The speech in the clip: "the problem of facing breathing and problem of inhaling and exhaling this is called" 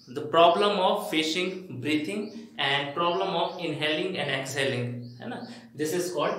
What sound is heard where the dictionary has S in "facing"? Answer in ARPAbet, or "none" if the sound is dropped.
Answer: SH